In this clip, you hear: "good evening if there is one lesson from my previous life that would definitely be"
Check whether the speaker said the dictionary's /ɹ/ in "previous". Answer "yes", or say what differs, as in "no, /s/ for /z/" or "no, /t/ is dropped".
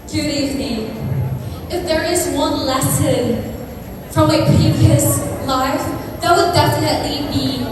no, /ɹ/ is dropped